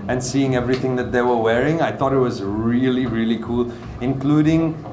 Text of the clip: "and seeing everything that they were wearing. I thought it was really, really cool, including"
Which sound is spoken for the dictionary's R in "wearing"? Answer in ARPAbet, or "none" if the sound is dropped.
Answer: R